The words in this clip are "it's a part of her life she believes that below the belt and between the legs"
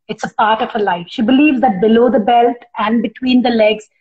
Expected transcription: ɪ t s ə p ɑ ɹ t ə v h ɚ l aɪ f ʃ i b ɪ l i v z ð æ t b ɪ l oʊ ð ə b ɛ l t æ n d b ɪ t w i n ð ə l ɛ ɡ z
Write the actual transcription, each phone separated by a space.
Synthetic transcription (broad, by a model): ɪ t s ə p ɑ ɹ t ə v h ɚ l aɪ f ʃ i b ɪ l i v z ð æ t b ɪ l oʊ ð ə b ɛ l t æ n d b ɪ t w i n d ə l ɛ ɡ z